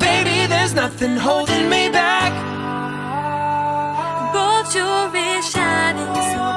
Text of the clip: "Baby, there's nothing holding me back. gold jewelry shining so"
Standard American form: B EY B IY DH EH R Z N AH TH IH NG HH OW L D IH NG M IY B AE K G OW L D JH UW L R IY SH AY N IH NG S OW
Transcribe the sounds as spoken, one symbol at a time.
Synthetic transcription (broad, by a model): EY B IY DH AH R Z N AH TH IH NG HH OW L D IH NG M IY B AE K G OW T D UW R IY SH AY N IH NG